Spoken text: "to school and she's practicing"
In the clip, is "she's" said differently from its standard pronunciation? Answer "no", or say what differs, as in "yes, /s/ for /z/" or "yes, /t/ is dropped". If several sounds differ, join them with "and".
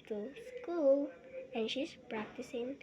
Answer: yes, /s/ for /z/